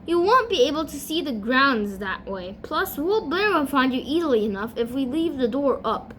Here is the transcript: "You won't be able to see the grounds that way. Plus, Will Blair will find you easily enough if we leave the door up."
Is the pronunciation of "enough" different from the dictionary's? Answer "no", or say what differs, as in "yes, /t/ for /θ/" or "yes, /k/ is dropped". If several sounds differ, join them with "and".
no